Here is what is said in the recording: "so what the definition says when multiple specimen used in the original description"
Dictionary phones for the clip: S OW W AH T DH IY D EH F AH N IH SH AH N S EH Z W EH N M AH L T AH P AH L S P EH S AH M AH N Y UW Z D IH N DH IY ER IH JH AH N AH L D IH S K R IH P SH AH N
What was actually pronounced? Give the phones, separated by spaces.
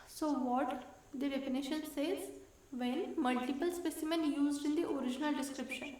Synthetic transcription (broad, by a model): S OW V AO T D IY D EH P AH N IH SH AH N S EH Z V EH N M AH L T AH P AH L S P EH S AH M AH N Y UW Z D IH N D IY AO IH JH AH N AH L D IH S K R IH P SH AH N